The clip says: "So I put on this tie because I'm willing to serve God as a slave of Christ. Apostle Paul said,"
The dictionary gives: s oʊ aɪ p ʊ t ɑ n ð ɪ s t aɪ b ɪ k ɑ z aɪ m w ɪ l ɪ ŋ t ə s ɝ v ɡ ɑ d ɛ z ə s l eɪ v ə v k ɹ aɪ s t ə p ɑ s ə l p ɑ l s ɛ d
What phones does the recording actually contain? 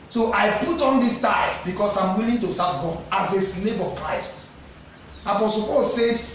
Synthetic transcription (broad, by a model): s oʊ aɪ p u t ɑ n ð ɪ s t aɪ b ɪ k ɑ s aɪ m w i l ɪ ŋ t ə s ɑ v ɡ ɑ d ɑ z ə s n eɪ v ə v k ɹ aɪ s t ə p ɑ s ə l p ɑ l s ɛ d